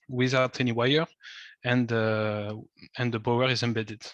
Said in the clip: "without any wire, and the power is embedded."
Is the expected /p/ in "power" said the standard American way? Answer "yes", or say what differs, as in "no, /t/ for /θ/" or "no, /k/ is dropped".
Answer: no, /b/ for /p/